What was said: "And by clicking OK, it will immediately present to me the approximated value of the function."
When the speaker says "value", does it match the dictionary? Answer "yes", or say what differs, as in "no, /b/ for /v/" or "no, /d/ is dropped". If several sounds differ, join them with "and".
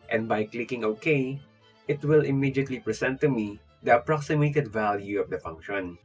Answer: yes